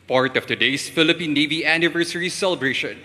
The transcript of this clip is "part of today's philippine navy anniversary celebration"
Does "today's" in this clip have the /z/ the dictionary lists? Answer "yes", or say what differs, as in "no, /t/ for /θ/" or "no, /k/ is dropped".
no, /s/ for /z/